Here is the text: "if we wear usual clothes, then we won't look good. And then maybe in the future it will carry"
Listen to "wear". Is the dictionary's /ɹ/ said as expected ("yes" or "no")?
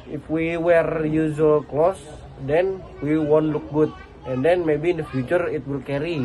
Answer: yes